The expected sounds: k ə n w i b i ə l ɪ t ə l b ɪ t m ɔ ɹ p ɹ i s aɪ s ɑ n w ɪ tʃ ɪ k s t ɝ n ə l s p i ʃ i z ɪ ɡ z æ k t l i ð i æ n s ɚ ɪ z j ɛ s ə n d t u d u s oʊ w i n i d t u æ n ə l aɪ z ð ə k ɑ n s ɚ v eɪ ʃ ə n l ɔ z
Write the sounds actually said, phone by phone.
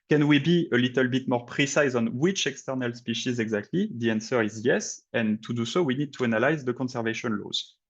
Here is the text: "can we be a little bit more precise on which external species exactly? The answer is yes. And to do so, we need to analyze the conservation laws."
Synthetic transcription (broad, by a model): k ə n w i b i ə l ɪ t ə l b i t m ɔ ɹ p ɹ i s aɪ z ɑ n w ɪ tʃ ɪ k s t ɝ n ə l s p i ʃ i z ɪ ɡ z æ k t l i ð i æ n s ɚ ɪ z j ɛ s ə n t u d u s oʊ w i n i d t u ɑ n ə l aɪ z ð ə k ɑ n s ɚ v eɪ ʃ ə n l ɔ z